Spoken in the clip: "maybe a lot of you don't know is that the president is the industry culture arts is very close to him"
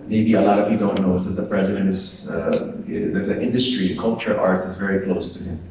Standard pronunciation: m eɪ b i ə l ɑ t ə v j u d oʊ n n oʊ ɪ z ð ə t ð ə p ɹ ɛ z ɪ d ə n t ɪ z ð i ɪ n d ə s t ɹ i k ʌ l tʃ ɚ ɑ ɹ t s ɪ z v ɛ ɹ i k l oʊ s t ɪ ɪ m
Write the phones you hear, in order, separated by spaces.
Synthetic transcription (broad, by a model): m eɪ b i ə l ɑ t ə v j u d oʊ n n oʊ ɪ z ð ə t ð ə p ɹ ɛ z ɪ d ə n t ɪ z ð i ɪ n d ə s t ɹ i k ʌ l tʃ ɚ ɑ ɹ t s ɪ z v ɛ ɹ i k l oʊ s t ɪ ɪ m